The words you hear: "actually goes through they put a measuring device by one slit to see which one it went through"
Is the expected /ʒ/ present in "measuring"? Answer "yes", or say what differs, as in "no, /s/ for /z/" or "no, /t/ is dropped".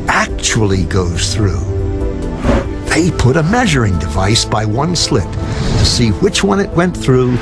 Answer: yes